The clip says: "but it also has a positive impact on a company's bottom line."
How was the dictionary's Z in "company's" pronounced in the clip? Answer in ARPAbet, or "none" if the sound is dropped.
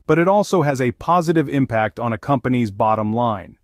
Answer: Z